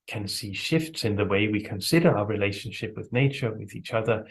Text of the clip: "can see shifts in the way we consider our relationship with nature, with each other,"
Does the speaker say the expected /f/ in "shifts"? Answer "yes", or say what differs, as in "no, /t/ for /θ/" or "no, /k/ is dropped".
yes